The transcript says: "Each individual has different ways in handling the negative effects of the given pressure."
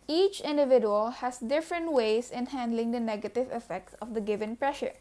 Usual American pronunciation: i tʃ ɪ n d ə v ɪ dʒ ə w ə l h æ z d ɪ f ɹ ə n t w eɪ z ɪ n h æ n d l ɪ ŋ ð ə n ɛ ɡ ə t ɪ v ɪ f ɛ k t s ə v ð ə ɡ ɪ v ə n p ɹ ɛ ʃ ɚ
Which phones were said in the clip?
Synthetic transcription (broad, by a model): i tʃ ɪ n d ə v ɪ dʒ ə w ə l h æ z d ɪ f ɹ ə n t w eɪ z ɪ n h æ n d l ɪ ŋ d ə n ɛ ɡ ə t ɪ v ɪ f ɛ k t s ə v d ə ɡ ɪ v ə n p ɹ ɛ ʃ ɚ